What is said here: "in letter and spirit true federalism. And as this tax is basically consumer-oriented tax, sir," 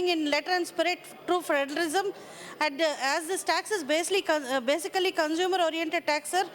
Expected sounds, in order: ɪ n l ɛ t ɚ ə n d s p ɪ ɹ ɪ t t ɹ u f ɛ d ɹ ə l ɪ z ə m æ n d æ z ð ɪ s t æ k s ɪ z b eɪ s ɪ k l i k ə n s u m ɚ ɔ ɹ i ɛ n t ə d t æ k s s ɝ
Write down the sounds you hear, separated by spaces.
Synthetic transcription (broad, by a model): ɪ n l ɛ t ɚ ə n d s p ɪ ɹ ɪ t t ɹ u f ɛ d l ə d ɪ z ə m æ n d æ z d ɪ s t æ k s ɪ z b eɪ s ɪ k l i k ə n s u m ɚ ɔ ɹ i ɛ n t ə d t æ k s s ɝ